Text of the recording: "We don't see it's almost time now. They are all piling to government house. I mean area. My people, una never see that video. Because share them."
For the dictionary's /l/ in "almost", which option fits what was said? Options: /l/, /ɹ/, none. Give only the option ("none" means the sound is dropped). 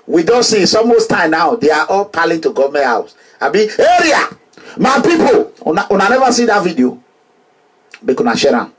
none